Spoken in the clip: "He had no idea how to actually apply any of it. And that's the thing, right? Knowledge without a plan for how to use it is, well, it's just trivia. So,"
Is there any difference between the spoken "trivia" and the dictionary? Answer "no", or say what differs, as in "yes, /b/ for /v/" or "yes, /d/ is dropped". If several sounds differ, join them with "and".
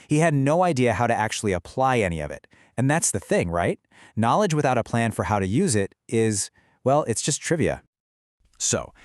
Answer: no